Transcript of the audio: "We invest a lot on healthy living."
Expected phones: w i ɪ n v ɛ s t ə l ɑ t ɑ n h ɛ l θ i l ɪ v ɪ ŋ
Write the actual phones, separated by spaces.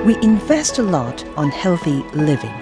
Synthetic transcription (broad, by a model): w i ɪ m v ɛ s t ə l ɑ t n h ɛ l θ i l ɪ v ɪ ŋ